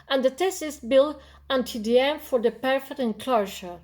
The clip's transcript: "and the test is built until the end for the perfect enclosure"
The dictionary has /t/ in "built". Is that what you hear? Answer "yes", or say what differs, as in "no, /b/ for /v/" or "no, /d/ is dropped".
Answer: no, /t/ is dropped